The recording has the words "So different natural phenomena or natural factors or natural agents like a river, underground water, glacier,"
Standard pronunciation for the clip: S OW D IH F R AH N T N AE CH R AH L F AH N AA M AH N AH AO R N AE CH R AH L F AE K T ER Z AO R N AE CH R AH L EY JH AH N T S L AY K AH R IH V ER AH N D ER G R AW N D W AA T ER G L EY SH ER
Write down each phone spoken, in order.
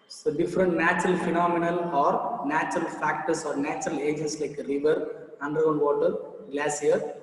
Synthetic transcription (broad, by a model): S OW D IH F R AH N T N AE CH R AH L F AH N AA M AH N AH AO R N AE CH R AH L F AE K T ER S AO R N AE CH R AH L EY JH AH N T S L AY K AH R IH V ER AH N D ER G AW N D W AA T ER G L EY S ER